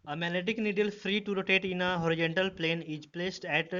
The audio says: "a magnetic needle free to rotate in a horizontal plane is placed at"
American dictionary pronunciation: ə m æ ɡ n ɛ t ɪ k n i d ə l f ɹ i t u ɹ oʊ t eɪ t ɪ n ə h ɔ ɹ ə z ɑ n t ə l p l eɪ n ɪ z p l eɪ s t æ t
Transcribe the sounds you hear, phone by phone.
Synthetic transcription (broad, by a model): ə m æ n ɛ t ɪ k n i d ə l f ɹ i t u ɹ oʊ t eɪ t ɪ n ə h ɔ ɹ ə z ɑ n t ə l p l eɪ n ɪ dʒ p l eɪ s t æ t